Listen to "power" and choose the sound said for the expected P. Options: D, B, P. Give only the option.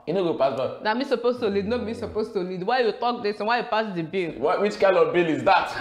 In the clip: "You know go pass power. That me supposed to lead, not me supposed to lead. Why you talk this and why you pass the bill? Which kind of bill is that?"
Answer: B